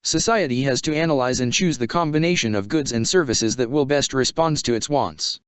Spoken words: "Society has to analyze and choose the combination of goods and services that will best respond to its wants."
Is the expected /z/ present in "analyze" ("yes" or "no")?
yes